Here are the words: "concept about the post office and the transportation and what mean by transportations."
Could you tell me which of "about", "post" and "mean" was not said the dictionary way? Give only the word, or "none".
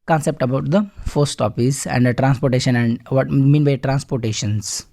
post